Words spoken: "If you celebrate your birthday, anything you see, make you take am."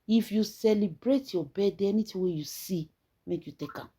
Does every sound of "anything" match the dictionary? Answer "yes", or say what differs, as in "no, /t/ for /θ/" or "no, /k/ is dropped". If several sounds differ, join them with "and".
no, /t/ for /θ/